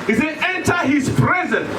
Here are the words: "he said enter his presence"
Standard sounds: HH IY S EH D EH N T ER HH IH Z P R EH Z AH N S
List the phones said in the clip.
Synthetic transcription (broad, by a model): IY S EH EH N T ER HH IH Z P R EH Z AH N